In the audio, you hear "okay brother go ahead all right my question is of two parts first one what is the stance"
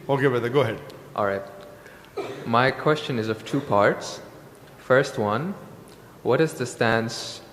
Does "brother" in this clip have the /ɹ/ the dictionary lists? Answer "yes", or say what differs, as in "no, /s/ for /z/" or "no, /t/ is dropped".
no, /ɹ/ is dropped